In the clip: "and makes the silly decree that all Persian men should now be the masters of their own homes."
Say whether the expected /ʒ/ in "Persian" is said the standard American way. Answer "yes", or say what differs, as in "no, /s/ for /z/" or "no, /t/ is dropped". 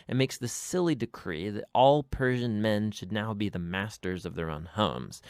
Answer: yes